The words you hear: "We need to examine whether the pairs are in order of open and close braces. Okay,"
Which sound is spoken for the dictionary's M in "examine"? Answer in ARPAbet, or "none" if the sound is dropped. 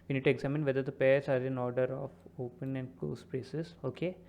M